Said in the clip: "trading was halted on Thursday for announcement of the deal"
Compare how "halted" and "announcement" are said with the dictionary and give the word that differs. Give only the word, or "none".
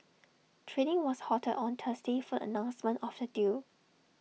halted